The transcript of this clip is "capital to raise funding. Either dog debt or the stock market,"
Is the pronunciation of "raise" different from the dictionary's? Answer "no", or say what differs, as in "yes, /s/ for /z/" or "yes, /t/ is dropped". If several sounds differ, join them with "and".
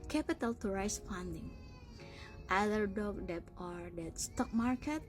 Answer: yes, /s/ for /z/